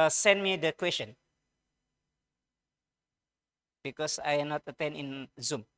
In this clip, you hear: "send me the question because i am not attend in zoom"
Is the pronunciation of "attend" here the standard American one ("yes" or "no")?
no